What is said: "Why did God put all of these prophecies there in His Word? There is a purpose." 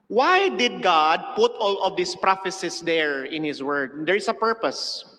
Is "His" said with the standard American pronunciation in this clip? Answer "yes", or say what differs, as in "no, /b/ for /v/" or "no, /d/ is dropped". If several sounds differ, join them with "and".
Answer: no, /s/ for /z/